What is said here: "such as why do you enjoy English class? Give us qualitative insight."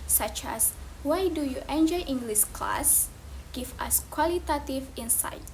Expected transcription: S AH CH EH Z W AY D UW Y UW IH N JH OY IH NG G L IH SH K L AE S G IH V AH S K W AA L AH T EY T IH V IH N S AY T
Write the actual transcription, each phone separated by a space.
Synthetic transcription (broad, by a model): S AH CH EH S W AY D UW Y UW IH N JH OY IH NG G L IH S K L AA S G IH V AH S K W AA L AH T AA T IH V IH N S AY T